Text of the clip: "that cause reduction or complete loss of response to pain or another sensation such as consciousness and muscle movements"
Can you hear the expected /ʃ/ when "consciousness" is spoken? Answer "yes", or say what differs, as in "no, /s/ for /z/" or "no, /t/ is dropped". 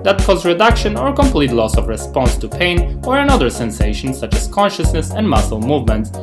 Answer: yes